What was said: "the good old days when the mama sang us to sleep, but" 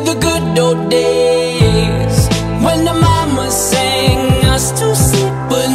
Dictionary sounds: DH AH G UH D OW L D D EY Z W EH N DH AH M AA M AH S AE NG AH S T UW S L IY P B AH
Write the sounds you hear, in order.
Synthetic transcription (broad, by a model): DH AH G UH D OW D D EY Z W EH N DH AH M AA M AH S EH NG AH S T UW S IY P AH